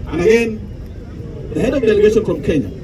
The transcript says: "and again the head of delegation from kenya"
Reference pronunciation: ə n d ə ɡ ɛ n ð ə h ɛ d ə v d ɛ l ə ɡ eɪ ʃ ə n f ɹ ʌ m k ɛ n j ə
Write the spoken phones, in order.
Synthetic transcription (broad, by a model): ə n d ə ɡ ɛ n ð ə h ɛ d ə v d ɛ l ə ɡ eɪ ʃ ə n f ɹ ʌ m k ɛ n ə